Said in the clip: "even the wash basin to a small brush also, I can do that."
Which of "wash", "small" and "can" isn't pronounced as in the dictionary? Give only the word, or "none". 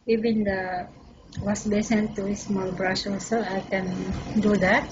wash